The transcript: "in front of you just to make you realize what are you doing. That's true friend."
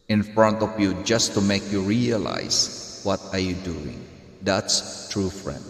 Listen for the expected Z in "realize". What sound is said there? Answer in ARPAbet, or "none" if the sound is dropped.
S